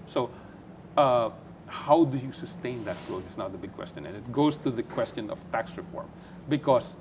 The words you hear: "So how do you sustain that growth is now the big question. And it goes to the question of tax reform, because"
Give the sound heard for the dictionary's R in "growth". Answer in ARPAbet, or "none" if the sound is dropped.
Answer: none